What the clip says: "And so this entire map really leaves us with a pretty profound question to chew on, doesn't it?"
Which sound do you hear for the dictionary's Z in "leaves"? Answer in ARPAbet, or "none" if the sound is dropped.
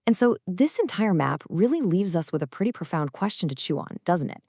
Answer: Z